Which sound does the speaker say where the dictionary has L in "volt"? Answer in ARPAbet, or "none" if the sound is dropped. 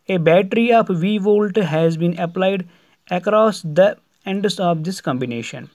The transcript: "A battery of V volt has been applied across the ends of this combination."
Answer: L